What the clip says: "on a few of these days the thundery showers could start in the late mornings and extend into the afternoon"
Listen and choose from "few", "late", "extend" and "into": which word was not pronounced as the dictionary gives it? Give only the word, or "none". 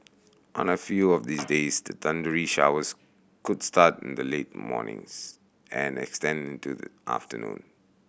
none